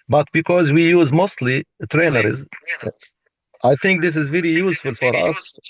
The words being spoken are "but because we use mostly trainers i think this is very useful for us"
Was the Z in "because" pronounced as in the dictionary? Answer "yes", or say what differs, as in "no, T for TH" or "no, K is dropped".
yes